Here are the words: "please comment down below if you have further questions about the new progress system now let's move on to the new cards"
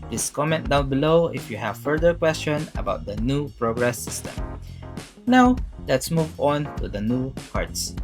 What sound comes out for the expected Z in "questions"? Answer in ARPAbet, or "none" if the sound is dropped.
none